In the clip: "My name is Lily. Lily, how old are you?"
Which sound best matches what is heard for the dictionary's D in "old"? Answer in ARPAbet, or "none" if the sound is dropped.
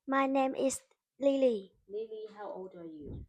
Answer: D